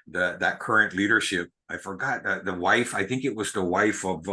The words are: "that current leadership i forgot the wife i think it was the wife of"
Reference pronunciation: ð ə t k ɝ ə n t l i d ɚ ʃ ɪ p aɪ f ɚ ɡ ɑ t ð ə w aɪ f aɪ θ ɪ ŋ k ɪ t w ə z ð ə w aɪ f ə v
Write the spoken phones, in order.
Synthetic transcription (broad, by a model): ð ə t k ɝ ə n t l i d ɚ ʃ ɪ p aɪ f ɚ ɡ ɑ t ð ə w aɪ f aɪ θ ɪ ŋ k ɪ t w ə z ð ə w aɪ f ə v